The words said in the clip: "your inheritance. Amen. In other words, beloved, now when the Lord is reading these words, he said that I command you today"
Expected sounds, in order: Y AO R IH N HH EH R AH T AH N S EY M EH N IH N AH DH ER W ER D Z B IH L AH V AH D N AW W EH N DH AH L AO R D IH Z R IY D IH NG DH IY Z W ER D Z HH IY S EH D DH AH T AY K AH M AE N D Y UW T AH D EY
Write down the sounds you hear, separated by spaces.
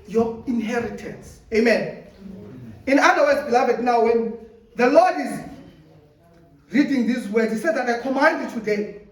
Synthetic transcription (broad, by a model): Y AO IH N HH EH R AH T AH N S EY M EH N IH N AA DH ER W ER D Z B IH L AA V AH D N AW W EH N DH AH L AO D IH Z R IY D IH NG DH IY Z W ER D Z HH IY S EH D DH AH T AY K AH M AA N D Y UW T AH D EY